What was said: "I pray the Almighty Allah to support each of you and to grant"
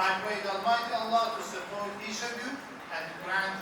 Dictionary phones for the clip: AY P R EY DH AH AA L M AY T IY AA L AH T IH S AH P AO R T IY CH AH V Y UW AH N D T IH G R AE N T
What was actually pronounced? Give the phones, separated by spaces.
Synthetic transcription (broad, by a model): AY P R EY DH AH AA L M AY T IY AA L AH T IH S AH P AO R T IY SH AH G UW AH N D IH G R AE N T